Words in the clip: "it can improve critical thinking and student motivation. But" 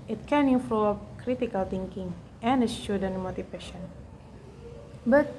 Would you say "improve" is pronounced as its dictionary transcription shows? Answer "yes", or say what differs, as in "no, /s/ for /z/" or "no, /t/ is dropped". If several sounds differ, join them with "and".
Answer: no, /p/ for /v/